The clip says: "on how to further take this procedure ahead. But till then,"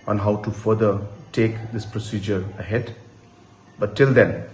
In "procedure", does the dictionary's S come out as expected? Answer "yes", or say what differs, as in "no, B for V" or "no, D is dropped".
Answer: yes